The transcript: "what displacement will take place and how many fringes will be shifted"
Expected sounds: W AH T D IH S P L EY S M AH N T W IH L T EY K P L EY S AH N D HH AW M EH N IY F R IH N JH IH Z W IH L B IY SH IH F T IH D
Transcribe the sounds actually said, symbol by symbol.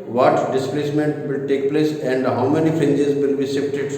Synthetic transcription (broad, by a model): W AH T D IH S P L EY S M AH N T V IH L T EY K P L EY S AH N D HH AW M EH N IY F R IH N JH IH Z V IH L B IY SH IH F T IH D